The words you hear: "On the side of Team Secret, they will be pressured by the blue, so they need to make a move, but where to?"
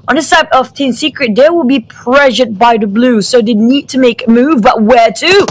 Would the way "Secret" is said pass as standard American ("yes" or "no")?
yes